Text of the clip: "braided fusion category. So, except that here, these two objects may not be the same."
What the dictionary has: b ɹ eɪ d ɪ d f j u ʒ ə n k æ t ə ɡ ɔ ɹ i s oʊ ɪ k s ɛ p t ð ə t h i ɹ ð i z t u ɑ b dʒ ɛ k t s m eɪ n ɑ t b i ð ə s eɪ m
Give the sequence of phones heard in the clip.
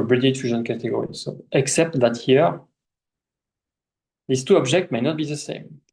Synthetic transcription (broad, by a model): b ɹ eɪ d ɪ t f j u ʒ ə n k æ t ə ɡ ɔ ɹ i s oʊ ɪ k s ɛ p t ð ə t h i ɹ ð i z t u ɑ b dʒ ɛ k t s m eɪ n ɑ t b i ð ə s eɪ m